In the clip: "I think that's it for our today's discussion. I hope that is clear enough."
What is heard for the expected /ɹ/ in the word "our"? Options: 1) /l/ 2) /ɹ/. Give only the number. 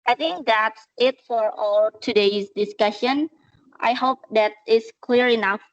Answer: 1